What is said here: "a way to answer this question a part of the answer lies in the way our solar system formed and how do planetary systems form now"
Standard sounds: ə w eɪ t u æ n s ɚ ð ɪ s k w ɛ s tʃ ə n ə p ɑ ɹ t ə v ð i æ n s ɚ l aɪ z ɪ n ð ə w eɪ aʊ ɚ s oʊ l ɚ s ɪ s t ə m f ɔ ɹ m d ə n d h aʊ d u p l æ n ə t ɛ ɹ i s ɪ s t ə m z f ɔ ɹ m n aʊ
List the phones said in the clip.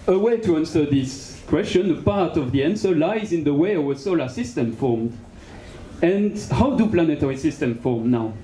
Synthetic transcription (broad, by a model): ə w eɪ t u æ n s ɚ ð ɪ s k w ɛ s tʃ ə n ə p ɑ ɹ t ə v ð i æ n s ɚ l aɪ z ɪ n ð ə w eɪ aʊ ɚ s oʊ l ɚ s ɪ s t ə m f ɔ ɹ m d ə n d h aʊ d u p l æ n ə t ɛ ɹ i s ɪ s t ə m f ɔ ɹ m n aʊ